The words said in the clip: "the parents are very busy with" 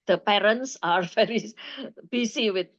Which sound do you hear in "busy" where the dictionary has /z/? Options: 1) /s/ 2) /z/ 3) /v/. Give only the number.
1